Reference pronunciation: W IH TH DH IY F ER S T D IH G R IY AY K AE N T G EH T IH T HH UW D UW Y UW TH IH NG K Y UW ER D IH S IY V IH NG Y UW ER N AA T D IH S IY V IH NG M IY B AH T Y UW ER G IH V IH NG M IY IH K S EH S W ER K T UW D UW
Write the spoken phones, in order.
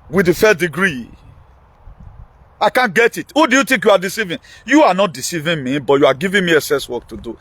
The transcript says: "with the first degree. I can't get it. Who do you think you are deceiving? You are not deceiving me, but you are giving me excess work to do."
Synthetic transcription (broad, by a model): W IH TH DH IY F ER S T D IH G R IY AY K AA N G EH T IH T HH UW D UW Y UW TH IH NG K Y UW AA D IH S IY V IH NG Y UW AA N AA T D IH S IY V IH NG M IY B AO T Y UW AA G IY V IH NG M IY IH S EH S W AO K T UW D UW